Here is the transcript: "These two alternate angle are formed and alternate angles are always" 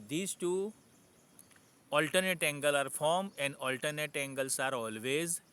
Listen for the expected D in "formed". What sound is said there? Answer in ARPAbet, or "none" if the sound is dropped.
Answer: none